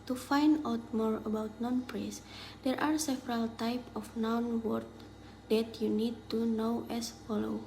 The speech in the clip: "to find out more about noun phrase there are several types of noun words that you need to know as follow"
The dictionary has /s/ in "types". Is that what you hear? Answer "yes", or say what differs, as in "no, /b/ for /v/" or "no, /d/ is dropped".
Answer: no, /s/ is dropped